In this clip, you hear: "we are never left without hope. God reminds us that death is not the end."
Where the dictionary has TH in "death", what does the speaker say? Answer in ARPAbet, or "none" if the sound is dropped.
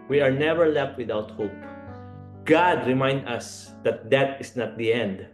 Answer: T